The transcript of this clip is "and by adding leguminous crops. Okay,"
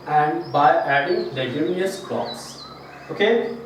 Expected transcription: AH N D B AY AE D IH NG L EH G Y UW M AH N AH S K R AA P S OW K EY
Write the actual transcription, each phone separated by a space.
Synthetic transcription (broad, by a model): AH N D B AY AE D IH NG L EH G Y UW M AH AH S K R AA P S OW K EY